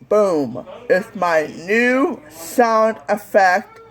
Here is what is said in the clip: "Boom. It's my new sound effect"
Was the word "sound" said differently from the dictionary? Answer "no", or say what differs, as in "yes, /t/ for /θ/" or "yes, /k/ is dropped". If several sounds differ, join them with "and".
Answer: no